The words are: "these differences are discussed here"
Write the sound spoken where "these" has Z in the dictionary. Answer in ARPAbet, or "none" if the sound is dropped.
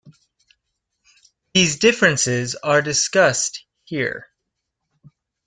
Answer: Z